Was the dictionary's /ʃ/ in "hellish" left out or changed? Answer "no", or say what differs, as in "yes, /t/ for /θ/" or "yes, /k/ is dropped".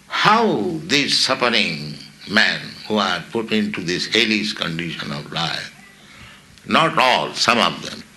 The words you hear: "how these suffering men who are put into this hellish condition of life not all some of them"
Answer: yes, /s/ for /ʃ/